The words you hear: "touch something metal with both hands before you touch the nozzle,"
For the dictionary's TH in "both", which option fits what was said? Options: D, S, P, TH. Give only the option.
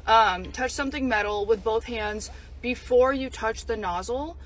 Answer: TH